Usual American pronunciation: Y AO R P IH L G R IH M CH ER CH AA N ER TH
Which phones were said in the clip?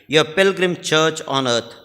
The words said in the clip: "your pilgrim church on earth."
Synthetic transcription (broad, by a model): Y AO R P IH L G R IH M CH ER CH AA N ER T